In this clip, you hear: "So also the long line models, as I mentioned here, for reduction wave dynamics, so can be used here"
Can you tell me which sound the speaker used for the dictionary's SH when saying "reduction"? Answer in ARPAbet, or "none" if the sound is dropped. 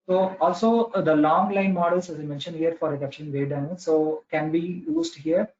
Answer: none